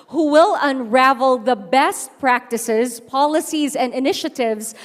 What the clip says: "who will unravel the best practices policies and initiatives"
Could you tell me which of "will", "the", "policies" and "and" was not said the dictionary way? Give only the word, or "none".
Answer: none